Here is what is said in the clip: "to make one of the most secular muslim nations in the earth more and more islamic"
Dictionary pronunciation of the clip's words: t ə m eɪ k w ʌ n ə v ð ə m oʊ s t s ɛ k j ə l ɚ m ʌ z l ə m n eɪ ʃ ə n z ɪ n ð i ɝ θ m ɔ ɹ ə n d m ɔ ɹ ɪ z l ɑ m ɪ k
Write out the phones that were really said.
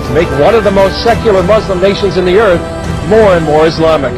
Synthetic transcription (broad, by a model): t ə m eɪ k w ʌ n ə v ð ə m oʊ s t s ɛ k j l ɚ m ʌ z l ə m n eɪ ʃ ə n z ɪ n ð i ɝ θ m ɔ ɹ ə n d m ɔ ɹ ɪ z l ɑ m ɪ k